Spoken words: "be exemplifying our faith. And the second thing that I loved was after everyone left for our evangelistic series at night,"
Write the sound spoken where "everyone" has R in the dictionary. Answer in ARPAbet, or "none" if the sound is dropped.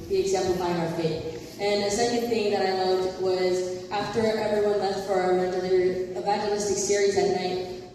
R